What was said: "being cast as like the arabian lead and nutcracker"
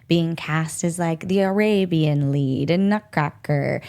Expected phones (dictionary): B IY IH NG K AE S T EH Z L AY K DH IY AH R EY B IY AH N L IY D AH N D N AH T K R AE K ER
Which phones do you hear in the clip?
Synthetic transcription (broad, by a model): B IY IH NG K AE S T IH Z L AY K DH IY AH R EY B IY AH N L IY D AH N N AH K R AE K ER